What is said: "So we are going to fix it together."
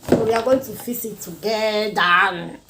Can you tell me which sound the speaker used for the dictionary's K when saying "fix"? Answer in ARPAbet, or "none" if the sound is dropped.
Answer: none